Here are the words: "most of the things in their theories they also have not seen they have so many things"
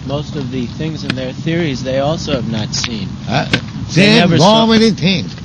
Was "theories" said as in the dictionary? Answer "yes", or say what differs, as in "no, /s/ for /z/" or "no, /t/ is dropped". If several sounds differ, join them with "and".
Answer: yes